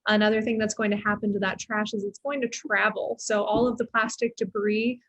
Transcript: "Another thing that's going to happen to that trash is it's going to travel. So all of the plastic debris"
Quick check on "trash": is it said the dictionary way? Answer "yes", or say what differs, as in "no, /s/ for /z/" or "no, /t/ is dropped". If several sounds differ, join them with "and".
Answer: yes